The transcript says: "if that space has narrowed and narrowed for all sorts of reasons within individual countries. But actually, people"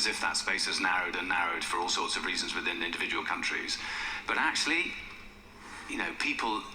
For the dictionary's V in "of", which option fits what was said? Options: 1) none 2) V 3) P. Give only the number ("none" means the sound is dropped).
2